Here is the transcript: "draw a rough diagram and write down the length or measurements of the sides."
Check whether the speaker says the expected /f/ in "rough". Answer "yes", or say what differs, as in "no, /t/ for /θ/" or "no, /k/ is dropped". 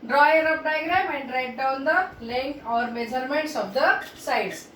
no, /p/ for /f/